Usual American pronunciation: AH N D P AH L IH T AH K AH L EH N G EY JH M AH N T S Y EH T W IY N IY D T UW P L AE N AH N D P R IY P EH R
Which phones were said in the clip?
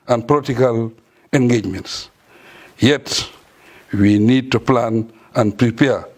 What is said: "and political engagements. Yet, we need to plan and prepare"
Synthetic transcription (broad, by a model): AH N P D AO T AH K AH L EH N G EY JH M AH N T S Y EH T W IY N IY D T UW P L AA N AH N P R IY P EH